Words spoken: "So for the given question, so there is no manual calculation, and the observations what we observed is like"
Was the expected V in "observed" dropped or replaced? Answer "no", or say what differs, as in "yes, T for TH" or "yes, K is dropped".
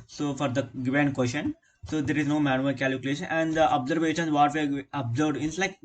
yes, V is dropped